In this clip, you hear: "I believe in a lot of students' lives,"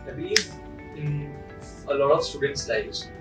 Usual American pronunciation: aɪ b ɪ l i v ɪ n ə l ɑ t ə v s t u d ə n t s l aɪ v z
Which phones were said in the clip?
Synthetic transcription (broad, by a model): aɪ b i ɪ n ə l ɑ t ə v s t u d ə n t s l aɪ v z